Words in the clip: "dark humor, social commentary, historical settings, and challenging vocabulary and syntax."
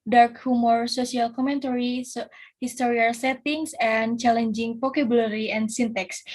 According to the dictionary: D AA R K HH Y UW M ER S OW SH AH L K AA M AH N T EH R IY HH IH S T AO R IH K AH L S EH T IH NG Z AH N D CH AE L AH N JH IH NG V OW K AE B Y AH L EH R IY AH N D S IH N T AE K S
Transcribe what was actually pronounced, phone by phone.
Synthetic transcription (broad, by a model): D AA R K HH UW M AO S OW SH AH L K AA M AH N T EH R IY HH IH S T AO R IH AH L S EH T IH NG S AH N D CH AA L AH N JH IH NG P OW K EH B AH L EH R IY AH N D S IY N T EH K S